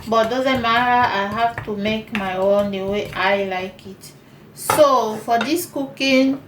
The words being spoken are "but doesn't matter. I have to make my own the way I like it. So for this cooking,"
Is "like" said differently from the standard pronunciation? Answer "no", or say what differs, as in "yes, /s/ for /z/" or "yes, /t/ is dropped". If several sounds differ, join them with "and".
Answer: no